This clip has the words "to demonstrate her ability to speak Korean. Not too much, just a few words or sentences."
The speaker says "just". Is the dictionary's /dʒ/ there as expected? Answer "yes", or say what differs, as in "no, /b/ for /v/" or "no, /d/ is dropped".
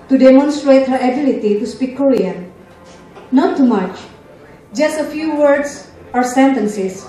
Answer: yes